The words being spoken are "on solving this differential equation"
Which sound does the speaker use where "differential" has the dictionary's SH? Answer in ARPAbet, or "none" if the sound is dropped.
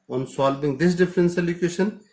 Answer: S